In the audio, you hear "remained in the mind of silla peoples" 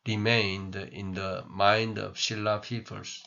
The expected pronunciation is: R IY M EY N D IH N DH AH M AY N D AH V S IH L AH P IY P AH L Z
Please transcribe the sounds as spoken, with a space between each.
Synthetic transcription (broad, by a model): R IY M EY N D IH N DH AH M AY N D AH V SH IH L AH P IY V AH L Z